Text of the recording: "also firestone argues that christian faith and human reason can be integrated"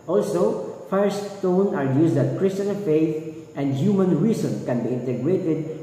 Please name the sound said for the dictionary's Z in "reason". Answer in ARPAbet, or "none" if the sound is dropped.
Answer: S